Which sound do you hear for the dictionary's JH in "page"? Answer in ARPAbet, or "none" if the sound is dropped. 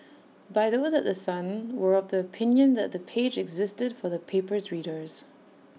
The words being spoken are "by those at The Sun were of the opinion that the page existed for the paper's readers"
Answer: JH